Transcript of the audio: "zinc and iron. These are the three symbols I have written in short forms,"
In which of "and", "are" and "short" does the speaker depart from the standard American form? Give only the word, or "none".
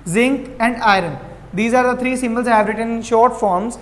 none